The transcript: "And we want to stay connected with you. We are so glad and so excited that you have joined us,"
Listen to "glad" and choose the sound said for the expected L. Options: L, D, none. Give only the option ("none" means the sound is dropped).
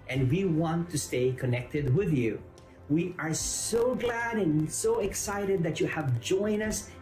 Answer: L